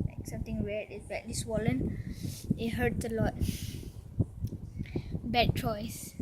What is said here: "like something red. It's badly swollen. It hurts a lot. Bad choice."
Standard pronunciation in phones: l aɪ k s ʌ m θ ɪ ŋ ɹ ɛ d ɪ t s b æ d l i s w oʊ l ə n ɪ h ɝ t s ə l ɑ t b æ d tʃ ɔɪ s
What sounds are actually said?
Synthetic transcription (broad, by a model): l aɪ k s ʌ m t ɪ ŋ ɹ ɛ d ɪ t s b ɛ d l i s w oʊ l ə n ɪ h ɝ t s ə l ɑ t b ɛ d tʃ ɔɪ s